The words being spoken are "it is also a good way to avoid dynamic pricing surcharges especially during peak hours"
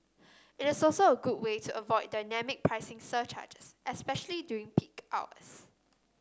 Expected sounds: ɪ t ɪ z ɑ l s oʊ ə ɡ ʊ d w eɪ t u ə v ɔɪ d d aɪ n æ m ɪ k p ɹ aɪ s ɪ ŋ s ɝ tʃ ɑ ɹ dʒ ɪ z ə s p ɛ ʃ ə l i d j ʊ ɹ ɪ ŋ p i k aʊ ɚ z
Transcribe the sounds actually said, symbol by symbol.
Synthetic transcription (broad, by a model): ɪ t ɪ s ɑ l s oʊ ə ɡ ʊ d w eɪ t u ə v ɔɪ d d aɪ n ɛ m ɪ k p ɹ aɪ s ɪ ŋ s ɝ tʃ ɑ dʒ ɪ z ə s p ɛ ʃ ə l i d j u ɪ ŋ p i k aʊ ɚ s